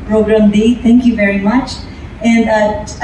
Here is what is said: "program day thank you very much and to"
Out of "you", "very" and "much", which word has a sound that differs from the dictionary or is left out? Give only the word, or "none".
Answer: none